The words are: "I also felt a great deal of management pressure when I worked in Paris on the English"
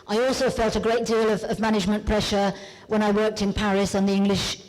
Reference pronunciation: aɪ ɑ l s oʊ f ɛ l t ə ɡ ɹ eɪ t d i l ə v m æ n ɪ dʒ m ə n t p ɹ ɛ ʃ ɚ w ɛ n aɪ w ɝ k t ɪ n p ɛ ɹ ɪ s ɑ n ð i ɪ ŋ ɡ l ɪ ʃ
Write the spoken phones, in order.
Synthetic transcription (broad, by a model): aɪ ɑ l s oʊ f ɛ l t ə ɡ ɹ eɪ t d i l ə v m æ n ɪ dʒ m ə n p ɹ ɛ ʃ ɚ w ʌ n aɪ w ɝ k t ɪ n p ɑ ɹ ɪ s n ð i ɪ ŋ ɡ l ɪ ʃ